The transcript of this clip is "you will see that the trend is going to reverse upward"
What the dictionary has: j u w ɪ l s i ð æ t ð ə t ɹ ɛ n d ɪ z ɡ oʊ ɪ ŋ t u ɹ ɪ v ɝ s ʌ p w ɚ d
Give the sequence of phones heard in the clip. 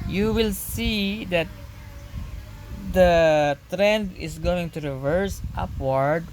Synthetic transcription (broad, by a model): j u w ɪ l s i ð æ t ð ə t ɹ ɛ n d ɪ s ɡ oʊ ɪ ŋ t u ɹ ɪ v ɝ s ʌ p w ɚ d